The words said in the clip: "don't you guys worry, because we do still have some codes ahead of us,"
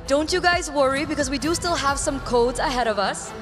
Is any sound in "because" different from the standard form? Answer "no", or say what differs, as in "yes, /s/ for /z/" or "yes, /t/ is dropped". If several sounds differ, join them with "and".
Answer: no